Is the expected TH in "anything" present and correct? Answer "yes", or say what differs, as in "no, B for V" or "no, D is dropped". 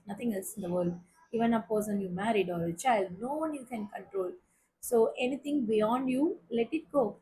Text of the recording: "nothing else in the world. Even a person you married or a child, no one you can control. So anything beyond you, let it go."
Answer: no, T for TH